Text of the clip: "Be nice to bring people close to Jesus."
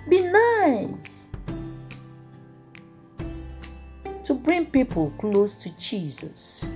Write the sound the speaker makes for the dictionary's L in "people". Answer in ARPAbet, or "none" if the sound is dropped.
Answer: L